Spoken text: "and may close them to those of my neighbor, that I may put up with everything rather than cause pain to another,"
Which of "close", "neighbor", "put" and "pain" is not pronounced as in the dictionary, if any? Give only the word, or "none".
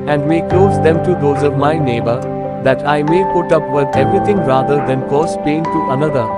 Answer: none